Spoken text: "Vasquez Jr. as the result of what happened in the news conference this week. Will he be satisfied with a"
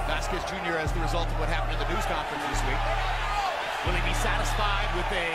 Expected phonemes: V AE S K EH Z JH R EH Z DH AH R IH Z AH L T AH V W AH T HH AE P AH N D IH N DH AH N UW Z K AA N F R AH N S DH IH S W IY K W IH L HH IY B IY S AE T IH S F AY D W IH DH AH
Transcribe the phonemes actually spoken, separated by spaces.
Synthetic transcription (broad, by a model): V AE S K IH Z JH R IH Z DH AH R IH Z AH L T AH V W AH T HH AE P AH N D IH N DH AH N UW Z K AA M F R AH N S DH IH S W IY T W IH L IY B IY S AE T IH S F AY D W IH DH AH